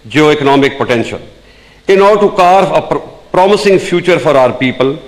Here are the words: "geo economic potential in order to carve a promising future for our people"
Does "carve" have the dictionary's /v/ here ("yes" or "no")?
no